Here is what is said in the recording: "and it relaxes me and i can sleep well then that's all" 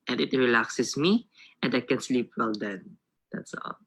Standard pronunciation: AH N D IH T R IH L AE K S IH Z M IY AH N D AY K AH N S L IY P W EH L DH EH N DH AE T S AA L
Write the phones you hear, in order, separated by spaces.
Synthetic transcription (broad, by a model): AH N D IH T R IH L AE K S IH S M IY AH N D AY K AH N S L IY P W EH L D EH N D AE T S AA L